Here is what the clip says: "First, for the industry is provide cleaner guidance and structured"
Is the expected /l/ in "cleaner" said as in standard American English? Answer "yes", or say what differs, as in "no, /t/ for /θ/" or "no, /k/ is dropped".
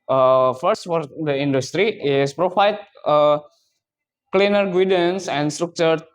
yes